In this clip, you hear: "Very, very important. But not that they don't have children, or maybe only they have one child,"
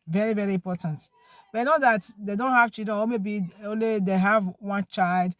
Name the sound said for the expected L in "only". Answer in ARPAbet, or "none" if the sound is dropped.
L